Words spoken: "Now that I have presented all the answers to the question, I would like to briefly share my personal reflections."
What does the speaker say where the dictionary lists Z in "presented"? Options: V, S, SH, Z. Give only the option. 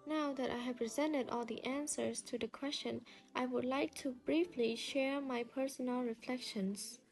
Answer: Z